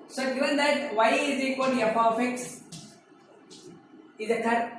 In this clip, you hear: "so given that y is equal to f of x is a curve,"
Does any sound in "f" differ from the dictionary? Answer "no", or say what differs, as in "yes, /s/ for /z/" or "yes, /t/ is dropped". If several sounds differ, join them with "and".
yes, /p/ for /f/